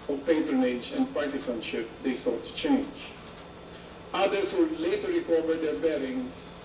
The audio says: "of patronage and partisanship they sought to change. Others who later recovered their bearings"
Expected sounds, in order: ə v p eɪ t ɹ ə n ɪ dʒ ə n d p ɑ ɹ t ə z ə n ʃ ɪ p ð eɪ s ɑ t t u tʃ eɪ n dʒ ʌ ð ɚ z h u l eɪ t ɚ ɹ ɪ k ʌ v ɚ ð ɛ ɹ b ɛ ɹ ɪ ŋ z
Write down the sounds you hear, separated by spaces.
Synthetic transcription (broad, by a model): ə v p eɪ t ɹ ə n ɪ dʒ ə n d p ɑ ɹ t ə s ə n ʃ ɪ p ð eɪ s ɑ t t u tʃ eɪ n dʒ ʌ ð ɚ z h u l eɪ t ɚ ɹ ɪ k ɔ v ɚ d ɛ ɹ b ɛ ɹ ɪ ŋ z